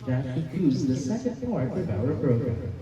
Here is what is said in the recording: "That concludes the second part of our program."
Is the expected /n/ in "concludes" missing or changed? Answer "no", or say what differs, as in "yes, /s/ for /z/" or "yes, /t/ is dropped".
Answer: yes, /n/ is dropped